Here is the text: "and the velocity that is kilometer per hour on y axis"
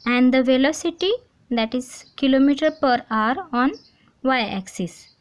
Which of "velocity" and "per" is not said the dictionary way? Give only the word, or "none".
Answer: none